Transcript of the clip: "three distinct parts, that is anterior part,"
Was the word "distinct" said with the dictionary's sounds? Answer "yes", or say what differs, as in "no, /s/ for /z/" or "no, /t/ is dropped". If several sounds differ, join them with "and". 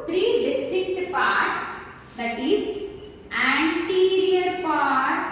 no, /ŋ/ is dropped